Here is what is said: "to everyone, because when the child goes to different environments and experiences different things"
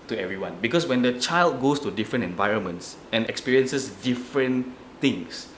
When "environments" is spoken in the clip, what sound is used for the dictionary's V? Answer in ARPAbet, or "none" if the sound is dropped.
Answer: V